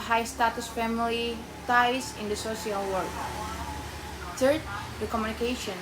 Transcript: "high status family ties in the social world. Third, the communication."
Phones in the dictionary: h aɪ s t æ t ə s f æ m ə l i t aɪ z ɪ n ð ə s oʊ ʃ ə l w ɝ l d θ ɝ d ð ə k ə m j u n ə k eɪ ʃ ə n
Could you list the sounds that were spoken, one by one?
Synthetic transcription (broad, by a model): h aɪ s t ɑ t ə s f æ m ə l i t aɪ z ɪ n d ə s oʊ s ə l w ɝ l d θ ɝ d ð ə k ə m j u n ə k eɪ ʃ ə n